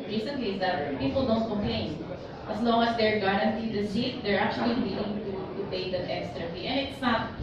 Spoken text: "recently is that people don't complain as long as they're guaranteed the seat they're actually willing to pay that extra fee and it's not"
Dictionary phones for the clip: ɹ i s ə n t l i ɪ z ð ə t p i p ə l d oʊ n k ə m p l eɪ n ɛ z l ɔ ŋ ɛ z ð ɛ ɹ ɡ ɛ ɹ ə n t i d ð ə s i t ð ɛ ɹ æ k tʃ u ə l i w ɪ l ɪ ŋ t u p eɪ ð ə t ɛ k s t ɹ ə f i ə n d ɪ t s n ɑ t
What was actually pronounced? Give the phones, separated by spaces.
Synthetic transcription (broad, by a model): ɹ i s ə n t l i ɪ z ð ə t p i p ə l d oʊ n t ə p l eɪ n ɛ s l ɔ ŋ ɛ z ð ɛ ɹ ɡ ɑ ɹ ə n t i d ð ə s i t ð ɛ ɹ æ k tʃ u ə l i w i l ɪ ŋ t u p eɪ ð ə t ɛ k s t ɹ ə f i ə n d ɪ t s n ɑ t